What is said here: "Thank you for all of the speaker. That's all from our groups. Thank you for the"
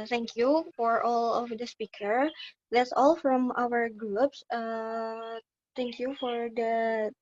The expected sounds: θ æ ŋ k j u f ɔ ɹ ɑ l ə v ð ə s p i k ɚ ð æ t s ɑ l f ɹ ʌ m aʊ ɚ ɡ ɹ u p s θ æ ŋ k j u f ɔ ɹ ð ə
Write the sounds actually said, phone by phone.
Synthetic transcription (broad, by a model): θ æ ŋ k j u f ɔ ɹ ɑ l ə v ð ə s p i k ɚ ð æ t s ɑ l f ɹ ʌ m aʊ ɚ ɡ ɹ u p s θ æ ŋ k j u f ɔ ɹ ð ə